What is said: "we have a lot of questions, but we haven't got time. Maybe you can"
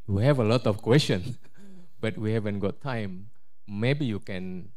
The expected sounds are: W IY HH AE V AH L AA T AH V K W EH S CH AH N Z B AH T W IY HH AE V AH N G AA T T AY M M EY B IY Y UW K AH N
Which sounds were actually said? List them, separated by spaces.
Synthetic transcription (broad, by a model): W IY HH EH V AH L AA T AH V K W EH S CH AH N B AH T W IY HH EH V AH N G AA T T AY M M EY B IY Y UW K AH N